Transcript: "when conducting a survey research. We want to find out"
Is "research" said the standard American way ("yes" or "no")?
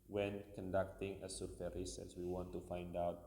no